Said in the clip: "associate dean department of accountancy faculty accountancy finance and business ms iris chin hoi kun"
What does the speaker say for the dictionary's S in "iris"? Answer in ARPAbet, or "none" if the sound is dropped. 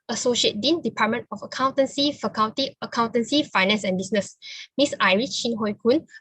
none